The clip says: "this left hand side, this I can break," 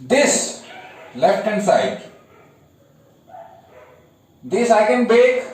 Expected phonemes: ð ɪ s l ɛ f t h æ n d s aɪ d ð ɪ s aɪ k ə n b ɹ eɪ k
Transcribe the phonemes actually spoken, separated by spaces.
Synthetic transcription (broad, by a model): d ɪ s l ɛ f t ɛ n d s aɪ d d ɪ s aɪ k ə n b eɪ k